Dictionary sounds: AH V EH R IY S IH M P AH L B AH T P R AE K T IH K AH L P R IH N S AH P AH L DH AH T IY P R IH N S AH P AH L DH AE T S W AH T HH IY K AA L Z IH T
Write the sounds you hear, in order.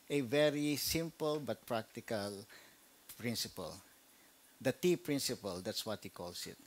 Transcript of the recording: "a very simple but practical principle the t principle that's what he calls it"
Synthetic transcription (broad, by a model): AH V EH R IY S IH M P AH L B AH T P R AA K T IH K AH L P R IH N S AH P AH L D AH T IY P R IH N S AH P AH L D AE T S W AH T HH IY K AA L S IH T